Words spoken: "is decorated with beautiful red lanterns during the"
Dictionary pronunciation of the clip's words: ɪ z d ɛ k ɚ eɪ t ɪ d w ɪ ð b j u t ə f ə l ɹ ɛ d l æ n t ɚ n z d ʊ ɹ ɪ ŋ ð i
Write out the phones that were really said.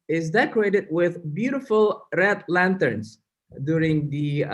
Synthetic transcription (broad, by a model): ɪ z d ɛ k ɚ eɪ t ɪ d w ɪ ð b j u t ə f ə l ɹ ɛ d l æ n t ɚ n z d ʊ ɹ ɪ ŋ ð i